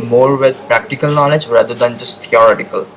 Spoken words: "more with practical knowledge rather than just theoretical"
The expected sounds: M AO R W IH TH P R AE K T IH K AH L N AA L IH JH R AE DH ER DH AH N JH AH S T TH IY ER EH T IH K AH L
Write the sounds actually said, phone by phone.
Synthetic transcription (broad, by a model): M AO R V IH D P R AE K T IH K AH L N AA L IH JH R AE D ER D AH N JH AH S T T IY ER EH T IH K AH L